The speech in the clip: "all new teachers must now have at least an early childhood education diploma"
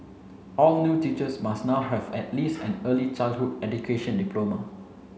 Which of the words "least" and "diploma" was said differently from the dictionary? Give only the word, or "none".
none